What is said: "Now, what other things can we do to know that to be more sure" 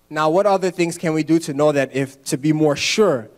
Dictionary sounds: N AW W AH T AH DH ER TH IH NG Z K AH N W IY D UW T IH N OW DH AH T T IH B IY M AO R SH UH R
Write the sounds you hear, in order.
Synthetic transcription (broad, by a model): N AW W AH T AH DH ER TH IH NG Z K AH N W IY D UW T IH N OW DH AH T T IH B IY M AO R SH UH R